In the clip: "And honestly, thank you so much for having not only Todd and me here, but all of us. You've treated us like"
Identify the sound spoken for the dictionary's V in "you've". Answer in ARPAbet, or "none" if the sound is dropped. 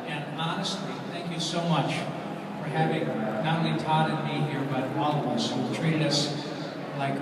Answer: W